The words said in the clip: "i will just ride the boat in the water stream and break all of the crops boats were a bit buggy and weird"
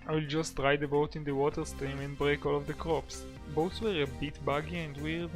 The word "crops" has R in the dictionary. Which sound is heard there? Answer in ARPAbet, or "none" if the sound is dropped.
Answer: R